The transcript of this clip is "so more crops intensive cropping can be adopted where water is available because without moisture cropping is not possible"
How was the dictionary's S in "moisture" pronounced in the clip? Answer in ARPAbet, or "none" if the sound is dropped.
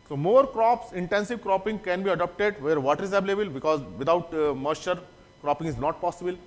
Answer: none